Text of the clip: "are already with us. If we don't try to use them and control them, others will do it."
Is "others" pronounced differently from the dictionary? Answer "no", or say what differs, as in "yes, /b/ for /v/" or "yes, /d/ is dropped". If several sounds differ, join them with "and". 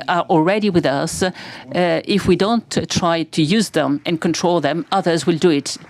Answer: no